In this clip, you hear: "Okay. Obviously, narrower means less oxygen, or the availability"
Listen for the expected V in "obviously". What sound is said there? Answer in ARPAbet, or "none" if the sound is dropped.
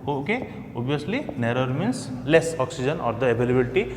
none